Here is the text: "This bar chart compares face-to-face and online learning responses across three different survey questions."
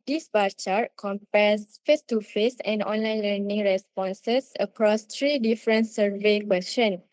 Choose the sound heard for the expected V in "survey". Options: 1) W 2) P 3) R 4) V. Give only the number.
4